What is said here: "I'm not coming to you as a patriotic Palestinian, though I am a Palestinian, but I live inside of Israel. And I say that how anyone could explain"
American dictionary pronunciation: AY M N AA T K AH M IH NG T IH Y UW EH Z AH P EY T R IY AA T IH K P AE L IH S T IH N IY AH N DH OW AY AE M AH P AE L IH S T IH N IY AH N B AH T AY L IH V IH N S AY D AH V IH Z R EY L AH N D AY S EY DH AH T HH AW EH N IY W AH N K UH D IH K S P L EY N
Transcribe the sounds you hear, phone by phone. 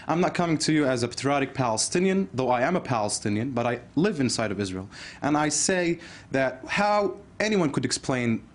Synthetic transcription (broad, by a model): AY M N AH T K AH M IH NG T IH Y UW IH Z AH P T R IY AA T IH K P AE L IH S T IH N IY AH N DH OW AY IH M AH P AE L IH S T IH N IY AH N B AH T AY L IH V IH N S AY D AH V IH Z R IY L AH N AY S EY DH AH T HH AW EH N IY W AH N K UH D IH K S P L EY N